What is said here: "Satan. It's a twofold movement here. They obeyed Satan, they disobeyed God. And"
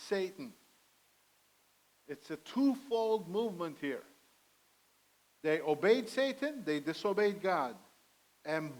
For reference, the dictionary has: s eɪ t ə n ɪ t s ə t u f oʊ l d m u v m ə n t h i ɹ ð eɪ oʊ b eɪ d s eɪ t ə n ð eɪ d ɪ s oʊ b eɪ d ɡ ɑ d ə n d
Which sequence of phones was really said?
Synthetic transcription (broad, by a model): s eɪ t n ɪ t s ə t u f oʊ l d m u v m ə n t h i ɹ ð eɪ oʊ b eɪ d s eɪ t ə n ð eɪ d ɪ s oʊ b eɪ d ɡ ɑ d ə n